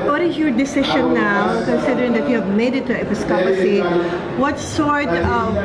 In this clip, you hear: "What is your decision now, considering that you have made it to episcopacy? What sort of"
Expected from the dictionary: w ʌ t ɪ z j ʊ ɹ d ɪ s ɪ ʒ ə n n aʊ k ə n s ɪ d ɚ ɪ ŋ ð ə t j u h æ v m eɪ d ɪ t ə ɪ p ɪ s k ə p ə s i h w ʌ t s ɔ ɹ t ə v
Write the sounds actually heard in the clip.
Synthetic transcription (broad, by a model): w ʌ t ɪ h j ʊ d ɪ s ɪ ʃ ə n n aʊ k ə n s ɪ d ɚ ɪ ŋ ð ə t j u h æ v m eɪ d ɪ t ə ɪ p ɪ s k ə p ə s i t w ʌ t s ɔ ɹ t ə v